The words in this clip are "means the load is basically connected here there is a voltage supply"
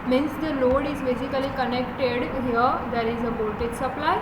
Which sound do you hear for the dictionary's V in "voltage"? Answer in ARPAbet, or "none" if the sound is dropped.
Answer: B